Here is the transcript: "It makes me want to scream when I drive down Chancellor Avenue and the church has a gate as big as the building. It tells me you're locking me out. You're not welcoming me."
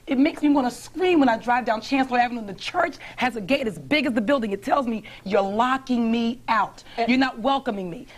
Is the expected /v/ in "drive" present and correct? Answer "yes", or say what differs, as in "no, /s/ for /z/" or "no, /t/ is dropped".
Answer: yes